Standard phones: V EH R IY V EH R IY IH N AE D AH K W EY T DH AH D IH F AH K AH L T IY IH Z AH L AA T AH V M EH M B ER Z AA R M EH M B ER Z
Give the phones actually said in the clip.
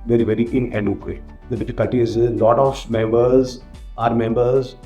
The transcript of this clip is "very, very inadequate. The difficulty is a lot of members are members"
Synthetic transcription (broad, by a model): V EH R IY V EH R IY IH N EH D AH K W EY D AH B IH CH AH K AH T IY IH Z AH L AA T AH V M EH M B ER Z AA R M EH M B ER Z